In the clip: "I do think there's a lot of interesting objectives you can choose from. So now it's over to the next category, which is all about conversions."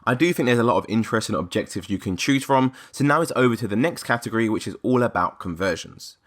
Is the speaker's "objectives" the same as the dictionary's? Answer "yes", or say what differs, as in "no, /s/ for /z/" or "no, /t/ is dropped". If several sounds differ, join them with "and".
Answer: yes